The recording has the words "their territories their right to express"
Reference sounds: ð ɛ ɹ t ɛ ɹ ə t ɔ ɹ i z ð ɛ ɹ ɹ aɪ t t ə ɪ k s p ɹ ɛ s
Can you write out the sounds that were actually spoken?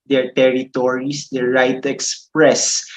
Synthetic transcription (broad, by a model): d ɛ ɹ t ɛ ɹ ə t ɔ ɹ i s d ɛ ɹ ɹ aɪ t t ə k s p ɹ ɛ s